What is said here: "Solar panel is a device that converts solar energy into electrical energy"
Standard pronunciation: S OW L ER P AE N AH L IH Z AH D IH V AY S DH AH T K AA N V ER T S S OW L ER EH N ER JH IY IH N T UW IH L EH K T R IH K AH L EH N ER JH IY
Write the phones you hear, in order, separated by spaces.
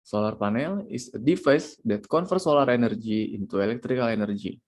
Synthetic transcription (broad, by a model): S OW L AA P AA N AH L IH S AH D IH F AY S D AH T K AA N F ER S S OW L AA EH N ER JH IY IH N T UW IH L EH K T R IH K AH L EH N ER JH IY